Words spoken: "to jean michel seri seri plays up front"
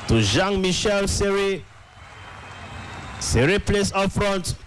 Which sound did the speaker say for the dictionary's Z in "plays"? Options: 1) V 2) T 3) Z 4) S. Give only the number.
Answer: 4